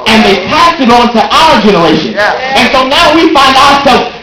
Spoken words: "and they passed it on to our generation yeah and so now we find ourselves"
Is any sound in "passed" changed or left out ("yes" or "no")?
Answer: yes